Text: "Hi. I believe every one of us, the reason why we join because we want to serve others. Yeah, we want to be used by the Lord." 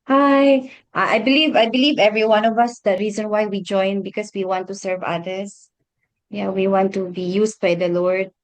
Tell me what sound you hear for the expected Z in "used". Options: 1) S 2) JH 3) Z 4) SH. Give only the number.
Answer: 1